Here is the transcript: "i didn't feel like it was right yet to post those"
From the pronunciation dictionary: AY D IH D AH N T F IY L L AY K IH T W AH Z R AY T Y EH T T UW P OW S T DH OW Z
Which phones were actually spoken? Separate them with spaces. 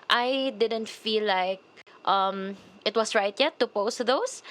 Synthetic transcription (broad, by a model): AY D IH D AH N T F IY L L AY K IH T W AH S R AY T Y EH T T UW P OW S T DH OW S